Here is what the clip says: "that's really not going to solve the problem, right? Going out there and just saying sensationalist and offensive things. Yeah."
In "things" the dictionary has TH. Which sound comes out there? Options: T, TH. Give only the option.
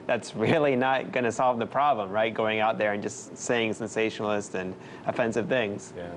TH